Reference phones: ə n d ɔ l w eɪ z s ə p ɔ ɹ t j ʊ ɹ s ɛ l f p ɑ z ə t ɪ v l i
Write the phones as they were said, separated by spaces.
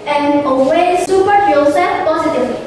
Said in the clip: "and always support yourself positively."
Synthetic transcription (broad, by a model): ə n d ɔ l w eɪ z s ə p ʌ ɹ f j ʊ l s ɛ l p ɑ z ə t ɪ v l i